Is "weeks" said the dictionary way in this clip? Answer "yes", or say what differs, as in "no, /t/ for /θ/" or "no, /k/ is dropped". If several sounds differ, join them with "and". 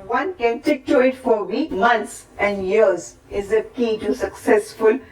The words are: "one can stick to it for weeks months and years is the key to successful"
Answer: no, /s/ is dropped